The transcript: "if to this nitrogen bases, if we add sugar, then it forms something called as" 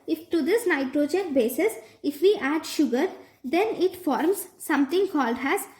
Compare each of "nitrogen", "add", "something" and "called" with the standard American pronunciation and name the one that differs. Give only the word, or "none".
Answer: something